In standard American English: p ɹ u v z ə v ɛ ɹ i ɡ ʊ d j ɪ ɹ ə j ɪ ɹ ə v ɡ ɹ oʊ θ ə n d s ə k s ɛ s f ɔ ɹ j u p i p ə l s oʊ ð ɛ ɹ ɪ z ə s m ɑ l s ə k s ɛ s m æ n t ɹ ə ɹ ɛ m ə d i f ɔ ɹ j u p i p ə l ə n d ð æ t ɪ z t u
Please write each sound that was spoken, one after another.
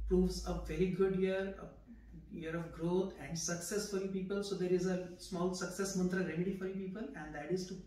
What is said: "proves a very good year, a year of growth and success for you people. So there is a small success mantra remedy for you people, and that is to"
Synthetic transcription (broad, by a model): p ɹ u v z ə v ɛ ɹ i ɡ ʊ d j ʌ ɹ ə j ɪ ɹ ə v ɡ ɹ oʊ t ə n d s ə k s ɛ s f ɔ ɹ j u p i p ə l s oʊ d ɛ ɹ ɪ z ə s m ɑ l s ə k s ɛ s m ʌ n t ɹ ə ɹ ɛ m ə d i f ɔ ɹ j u p i p ə l ə n d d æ t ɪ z t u